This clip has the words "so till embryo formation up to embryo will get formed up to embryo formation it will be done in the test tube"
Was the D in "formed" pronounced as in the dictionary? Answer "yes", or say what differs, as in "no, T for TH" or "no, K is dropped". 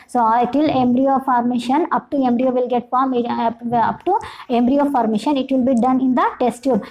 no, D is dropped